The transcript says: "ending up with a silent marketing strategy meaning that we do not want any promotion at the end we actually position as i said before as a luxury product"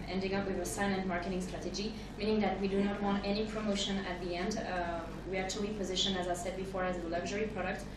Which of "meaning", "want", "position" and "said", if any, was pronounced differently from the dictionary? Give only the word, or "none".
none